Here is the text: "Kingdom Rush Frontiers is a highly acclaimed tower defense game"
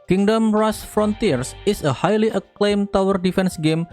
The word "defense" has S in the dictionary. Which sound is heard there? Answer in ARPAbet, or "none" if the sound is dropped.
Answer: S